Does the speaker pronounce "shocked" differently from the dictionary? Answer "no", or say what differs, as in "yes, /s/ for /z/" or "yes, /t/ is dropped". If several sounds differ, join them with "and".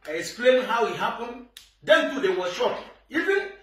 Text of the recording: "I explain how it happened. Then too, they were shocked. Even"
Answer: yes, /t/ is dropped